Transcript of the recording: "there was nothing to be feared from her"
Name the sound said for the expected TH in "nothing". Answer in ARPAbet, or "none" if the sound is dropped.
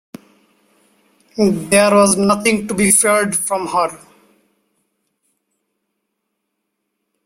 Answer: T